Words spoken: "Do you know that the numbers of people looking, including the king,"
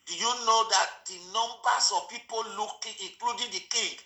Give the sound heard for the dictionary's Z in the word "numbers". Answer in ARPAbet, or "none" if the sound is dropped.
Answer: S